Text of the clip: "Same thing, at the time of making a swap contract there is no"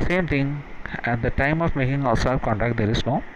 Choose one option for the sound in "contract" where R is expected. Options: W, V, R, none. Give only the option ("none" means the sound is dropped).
none